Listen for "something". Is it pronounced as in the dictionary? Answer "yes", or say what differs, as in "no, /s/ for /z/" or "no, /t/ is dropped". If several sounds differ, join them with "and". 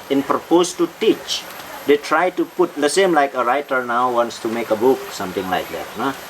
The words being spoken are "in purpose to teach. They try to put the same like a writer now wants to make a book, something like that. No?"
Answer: no, /t/ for /θ/